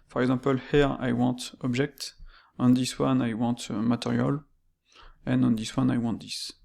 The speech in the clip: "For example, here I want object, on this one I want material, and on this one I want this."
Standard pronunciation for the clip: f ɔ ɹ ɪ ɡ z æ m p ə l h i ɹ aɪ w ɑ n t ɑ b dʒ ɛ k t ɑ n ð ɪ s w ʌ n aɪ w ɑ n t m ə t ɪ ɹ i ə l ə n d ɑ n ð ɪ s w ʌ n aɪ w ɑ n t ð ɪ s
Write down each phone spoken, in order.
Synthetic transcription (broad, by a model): f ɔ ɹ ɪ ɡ z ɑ p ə l h i ɹ aɪ w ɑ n t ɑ b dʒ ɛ k t ɑ n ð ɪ s w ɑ n aɪ w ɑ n t m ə t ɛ ɹ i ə l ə n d ɑ n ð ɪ s w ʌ n aɪ w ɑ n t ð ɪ s